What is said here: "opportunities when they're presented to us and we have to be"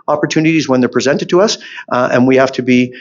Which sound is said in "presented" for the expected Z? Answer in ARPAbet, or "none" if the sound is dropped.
Z